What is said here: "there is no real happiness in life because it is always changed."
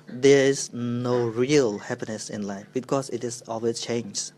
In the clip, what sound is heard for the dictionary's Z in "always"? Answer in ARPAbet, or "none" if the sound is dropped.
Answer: none